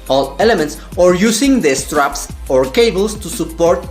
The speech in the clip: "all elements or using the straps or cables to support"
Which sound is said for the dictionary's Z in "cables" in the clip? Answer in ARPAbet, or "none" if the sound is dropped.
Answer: S